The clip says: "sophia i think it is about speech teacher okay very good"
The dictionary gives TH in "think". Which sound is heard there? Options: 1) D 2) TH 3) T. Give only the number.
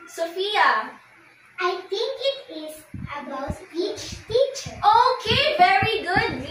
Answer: 3